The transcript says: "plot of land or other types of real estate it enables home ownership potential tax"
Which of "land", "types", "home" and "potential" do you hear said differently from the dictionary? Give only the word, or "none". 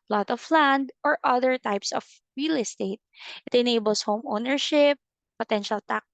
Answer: none